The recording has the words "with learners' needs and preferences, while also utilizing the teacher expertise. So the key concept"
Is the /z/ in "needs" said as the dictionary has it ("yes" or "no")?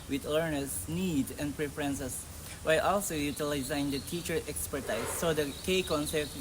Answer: no